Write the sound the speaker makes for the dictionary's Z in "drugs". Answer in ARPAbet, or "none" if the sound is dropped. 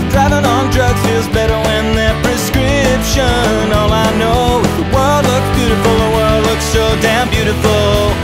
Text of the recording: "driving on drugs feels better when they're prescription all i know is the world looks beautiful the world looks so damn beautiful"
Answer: none